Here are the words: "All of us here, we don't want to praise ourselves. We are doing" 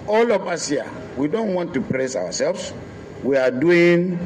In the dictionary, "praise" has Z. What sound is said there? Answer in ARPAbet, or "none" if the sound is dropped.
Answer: S